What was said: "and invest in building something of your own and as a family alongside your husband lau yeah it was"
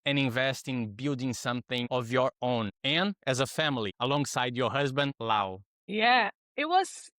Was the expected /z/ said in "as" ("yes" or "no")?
yes